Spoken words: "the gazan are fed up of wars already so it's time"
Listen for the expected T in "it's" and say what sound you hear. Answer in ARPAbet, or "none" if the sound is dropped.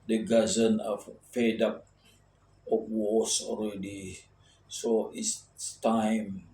S